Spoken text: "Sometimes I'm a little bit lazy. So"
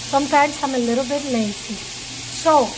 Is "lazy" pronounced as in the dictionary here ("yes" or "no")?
no